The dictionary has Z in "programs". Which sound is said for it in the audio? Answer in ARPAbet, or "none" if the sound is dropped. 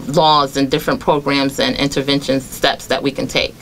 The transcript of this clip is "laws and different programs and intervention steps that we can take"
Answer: Z